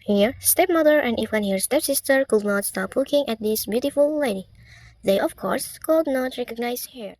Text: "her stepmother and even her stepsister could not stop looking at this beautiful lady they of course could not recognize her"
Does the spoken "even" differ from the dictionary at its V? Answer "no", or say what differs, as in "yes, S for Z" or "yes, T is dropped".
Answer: yes, F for V